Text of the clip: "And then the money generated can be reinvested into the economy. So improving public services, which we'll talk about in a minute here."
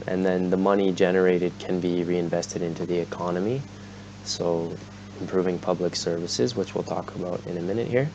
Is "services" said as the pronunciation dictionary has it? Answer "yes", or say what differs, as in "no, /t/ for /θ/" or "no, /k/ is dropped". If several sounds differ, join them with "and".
yes